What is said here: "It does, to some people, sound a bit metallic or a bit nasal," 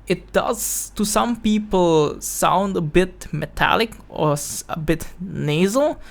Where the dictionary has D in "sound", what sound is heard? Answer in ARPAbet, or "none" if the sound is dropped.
D